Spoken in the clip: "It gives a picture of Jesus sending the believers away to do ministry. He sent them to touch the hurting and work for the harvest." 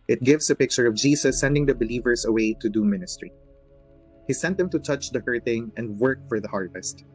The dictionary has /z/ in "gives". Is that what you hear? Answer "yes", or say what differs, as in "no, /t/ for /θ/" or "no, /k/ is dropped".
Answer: no, /s/ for /z/